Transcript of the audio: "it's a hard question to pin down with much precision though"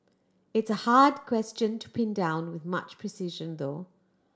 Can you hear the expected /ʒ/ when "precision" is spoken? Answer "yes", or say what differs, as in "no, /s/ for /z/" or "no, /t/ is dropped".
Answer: yes